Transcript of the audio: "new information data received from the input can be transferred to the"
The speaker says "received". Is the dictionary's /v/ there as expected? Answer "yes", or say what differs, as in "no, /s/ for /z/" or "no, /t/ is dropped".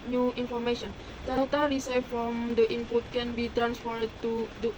no, /f/ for /v/